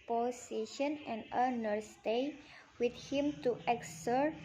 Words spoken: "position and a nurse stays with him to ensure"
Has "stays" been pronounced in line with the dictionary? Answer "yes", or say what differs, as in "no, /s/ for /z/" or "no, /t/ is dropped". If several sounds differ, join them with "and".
no, /z/ is dropped